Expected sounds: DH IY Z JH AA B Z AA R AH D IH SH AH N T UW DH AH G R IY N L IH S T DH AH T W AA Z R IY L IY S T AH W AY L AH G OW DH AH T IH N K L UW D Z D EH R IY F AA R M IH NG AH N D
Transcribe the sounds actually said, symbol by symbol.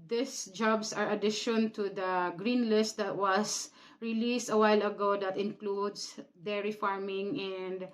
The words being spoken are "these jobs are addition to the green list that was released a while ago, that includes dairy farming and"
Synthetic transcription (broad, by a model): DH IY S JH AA B S AA R AH D IH SH AH N T UW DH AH G R IY N L IH S T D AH T W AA S R IY L IY S T AH W AY L AH G OW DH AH T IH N K L UW D S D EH R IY F AA R M IH NG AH N D